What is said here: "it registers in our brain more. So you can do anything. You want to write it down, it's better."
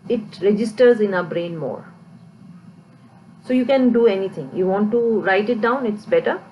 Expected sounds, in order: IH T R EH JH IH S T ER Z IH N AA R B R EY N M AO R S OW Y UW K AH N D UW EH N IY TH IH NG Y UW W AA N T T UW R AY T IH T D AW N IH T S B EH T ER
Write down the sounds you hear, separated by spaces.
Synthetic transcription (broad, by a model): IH T R EH JH IH S T ER Z IH N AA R B R EY N M AO R S OW Y UW K AH N D UW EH N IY T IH NG Y UW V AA N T T UW R AY T IH T D AW N IH T S B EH T ER